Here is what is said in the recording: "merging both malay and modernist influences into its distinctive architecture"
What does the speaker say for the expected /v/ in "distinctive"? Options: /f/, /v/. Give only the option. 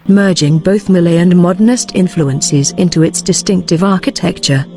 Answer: /v/